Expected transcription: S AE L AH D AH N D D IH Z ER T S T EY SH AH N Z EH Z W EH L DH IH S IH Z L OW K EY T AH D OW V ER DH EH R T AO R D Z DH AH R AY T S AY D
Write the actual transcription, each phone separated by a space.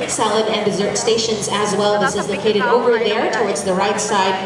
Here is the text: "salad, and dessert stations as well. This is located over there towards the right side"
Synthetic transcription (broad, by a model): S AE L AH D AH N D D IH Z ER T S T EY SH AH N Z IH Z W EH L DH IH S IH Z L OW K EY T AH D OW V ER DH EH R T AO R D Z DH AH R AY T S AY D